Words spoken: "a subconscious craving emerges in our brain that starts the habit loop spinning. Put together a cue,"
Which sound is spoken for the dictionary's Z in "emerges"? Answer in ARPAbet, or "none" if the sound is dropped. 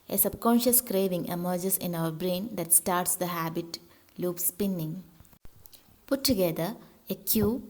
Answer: S